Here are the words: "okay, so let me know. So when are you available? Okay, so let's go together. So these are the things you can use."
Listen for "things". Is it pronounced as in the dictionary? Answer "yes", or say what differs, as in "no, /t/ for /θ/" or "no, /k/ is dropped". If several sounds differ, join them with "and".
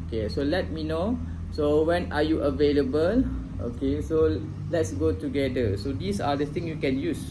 no, /z/ is dropped